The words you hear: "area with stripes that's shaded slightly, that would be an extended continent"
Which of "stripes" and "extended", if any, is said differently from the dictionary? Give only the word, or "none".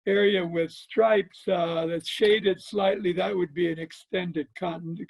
none